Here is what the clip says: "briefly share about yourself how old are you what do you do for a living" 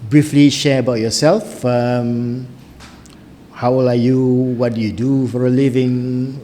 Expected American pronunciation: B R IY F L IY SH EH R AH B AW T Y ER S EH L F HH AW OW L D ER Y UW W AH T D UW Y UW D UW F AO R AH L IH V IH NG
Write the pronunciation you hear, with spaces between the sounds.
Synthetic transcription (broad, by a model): B R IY F L IY SH EH R AH B AW T Y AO S EH L F HH AW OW L AA Y UW W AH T D UW Y UW D UW F AO R AH L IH V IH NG